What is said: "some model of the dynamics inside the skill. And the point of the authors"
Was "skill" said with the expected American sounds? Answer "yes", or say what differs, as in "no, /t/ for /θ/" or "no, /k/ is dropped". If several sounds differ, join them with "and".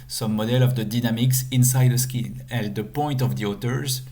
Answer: no, /n/ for /l/